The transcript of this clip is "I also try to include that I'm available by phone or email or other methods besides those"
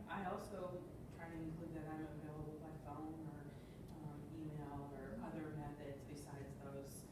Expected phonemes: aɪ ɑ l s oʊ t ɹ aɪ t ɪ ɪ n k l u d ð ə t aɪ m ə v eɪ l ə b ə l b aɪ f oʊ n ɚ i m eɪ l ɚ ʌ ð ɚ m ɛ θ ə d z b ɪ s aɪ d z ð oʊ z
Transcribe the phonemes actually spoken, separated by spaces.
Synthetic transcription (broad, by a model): aɪ ɑ l s oʊ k aɪ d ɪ ɪ n k l u d ð ə t aɪ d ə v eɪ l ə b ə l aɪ f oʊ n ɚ i m eɪ l ɚ ʌ ð ɚ m ɛ θ ə d z b ɪ s aɪ d z ð oʊ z